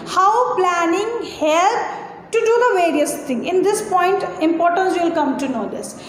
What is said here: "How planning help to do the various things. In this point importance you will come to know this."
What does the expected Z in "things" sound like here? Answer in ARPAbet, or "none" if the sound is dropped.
none